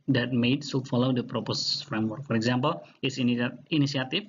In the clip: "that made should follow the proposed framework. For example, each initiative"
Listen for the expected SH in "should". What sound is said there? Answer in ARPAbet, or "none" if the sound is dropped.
S